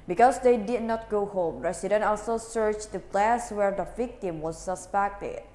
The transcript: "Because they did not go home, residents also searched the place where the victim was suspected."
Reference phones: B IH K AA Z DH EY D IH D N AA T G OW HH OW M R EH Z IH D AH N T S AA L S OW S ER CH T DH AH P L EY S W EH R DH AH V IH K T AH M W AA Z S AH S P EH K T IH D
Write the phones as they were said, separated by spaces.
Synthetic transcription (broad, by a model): B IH K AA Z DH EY D IH D N AA T G OW HH OW M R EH S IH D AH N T AA L S OW S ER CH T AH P L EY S W EH R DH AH V IH K T AH M W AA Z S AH S P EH K T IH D